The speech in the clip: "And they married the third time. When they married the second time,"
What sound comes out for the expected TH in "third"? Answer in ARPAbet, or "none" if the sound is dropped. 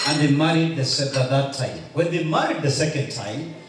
S